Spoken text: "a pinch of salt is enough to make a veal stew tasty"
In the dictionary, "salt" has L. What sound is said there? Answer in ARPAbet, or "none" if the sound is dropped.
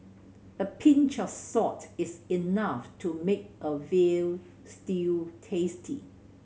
none